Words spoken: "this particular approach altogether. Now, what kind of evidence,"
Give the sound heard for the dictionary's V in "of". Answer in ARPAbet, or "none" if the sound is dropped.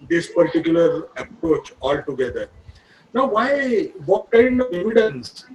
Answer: V